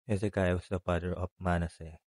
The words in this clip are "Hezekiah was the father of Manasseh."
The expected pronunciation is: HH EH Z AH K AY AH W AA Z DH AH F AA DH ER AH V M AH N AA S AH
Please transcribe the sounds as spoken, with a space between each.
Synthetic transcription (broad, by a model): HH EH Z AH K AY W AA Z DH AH P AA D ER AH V M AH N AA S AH